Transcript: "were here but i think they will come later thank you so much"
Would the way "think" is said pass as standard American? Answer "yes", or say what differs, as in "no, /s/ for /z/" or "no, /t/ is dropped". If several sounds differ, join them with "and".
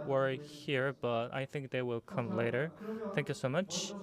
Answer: yes